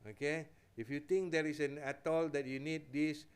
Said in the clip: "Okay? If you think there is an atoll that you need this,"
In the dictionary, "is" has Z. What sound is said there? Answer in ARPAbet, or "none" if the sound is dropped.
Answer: S